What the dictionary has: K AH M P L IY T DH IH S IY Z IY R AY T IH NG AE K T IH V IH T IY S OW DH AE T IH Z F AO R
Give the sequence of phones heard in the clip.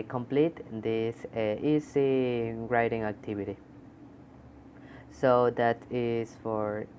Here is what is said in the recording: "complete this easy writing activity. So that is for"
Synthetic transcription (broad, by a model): K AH M P L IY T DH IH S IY S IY R AY T IH NG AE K T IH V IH T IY S OW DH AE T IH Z F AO R